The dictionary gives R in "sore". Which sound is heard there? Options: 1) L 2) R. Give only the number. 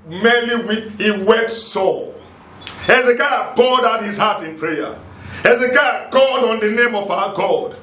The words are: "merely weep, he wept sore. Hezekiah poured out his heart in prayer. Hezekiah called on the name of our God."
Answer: 1